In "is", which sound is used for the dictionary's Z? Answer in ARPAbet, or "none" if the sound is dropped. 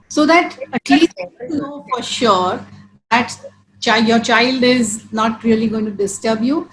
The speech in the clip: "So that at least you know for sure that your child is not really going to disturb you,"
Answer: Z